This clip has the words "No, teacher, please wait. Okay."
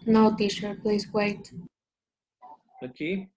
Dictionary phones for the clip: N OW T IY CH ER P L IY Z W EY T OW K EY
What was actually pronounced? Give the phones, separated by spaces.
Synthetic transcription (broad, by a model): N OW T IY SH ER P L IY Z W EY T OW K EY